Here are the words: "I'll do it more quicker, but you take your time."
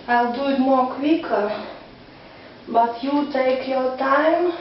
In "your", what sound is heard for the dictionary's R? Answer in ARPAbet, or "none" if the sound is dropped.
W